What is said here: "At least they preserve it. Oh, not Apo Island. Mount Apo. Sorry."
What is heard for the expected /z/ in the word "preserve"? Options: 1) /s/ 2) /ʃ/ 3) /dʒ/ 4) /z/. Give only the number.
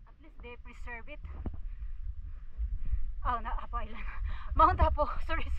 1